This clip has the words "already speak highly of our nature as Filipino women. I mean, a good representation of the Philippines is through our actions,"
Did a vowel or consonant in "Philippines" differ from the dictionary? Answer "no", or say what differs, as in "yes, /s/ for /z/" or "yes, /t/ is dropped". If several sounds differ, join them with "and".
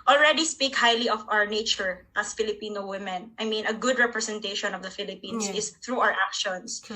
yes, /s/ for /z/